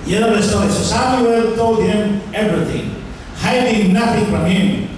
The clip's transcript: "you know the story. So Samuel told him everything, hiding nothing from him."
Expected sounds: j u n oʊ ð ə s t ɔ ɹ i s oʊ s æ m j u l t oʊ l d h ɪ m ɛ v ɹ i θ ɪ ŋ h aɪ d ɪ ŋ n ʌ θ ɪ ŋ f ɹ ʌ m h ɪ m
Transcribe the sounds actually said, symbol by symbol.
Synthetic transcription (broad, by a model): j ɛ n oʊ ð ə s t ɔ i s oʊ s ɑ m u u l t oʊ l d h ɪ m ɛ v ɹ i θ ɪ ŋ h aɪ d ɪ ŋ n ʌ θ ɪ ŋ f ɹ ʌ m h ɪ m